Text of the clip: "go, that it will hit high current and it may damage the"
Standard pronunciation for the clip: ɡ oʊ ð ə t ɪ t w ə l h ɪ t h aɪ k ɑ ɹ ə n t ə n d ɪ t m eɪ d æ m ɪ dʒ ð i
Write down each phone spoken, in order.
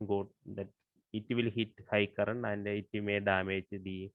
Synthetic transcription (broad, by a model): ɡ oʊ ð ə t ɪ t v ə l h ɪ t h aɪ k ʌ ɹ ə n ə n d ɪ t m eɪ d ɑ m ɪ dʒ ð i